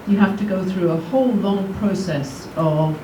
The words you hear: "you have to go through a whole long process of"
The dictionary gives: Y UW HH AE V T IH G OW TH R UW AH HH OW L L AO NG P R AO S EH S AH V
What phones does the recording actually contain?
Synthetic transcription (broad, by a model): Y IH HH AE F T IH G OW TH R UW AH HH OW L L AO NG P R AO S EH S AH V